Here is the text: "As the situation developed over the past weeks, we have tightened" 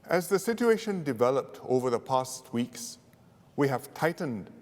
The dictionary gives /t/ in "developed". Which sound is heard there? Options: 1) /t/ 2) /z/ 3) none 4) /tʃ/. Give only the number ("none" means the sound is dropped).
1